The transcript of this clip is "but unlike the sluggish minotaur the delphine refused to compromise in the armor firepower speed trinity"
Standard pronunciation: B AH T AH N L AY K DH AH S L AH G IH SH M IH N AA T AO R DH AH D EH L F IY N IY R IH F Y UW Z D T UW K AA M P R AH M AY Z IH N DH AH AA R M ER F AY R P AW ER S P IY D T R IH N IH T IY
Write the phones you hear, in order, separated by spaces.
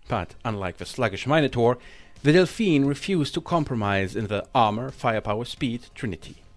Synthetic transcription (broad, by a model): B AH T AH N L AY K DH AH S L AH G IH SH M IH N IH T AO R DH AH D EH L F IY N R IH F Y UW Z T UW K AA M P R AH M AY Z IH N DH AH AA R M ER F AY R P AW ER S P IY D T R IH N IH T IY